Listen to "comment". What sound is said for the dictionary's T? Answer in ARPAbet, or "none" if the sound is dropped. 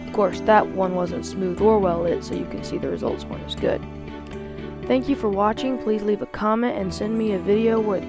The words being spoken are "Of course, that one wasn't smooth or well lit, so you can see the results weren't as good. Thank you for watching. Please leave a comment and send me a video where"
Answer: T